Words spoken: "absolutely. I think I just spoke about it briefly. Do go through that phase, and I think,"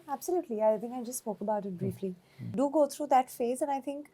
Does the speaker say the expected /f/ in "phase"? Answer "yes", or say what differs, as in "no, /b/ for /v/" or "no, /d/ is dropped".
yes